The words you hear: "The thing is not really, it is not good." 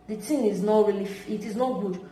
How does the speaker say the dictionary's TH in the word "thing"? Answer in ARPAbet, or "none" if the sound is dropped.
T